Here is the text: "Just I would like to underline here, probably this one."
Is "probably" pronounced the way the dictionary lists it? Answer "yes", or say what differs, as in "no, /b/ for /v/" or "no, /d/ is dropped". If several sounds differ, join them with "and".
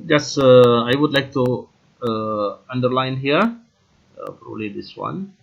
no, /b/ is dropped